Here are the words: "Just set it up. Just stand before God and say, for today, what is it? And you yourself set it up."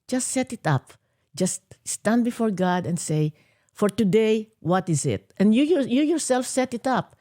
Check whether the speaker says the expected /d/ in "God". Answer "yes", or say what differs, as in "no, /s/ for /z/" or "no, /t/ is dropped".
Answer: yes